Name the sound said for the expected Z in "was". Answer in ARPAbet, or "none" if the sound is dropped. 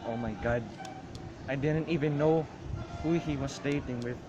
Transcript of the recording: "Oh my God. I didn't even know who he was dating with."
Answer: S